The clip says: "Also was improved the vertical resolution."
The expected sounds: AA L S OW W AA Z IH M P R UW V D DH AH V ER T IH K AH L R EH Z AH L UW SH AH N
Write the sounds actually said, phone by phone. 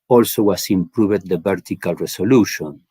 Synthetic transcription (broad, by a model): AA L S OW W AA S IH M P R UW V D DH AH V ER T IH K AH L R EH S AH L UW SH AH N